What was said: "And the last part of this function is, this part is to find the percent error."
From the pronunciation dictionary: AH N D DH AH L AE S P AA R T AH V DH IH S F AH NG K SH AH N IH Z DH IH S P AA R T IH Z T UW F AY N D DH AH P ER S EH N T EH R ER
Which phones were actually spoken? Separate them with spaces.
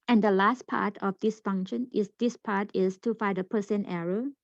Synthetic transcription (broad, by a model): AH N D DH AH L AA S P AA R T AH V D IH S F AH NG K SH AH N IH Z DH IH S P AA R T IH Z T UW F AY D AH P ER S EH N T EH R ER